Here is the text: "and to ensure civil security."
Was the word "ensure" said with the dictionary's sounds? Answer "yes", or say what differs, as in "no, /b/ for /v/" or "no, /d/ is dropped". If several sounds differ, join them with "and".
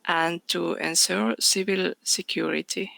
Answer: no, /s/ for /ʃ/